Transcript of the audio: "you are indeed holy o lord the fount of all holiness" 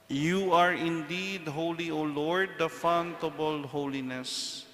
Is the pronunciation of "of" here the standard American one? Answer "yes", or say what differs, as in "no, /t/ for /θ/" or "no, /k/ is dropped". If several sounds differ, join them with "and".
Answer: no, /b/ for /v/